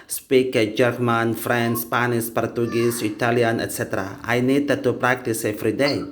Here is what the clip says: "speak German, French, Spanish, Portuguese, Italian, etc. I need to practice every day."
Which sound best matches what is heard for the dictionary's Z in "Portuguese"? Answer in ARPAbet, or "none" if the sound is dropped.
S